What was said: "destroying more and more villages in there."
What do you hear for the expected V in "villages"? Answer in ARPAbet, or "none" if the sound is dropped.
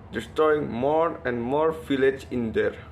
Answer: F